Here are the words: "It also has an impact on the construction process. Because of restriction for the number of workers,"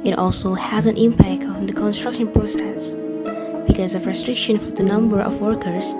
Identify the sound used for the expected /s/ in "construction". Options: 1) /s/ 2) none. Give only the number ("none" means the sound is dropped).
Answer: 1